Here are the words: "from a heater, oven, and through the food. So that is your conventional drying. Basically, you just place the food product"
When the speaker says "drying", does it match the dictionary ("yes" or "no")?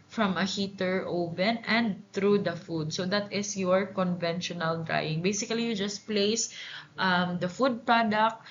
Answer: yes